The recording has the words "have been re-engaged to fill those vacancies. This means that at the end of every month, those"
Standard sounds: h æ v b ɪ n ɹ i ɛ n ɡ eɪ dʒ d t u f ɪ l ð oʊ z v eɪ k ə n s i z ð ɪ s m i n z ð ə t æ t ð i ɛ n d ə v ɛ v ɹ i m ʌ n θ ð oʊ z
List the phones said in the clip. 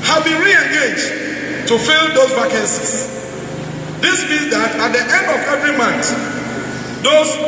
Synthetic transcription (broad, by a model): h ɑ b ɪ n ɹ i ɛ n ɡ eɪ dʒ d t u f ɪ l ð oʊ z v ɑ k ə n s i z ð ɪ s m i z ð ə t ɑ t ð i ɛ n d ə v ɛ v ɹ i m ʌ n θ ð oʊ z